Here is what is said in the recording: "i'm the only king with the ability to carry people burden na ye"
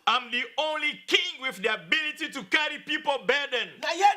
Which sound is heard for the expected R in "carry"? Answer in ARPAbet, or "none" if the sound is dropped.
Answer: R